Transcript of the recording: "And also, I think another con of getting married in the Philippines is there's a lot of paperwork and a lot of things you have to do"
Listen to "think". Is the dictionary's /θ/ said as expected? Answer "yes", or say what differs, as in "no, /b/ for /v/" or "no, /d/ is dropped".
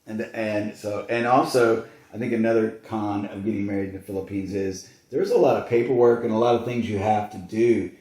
yes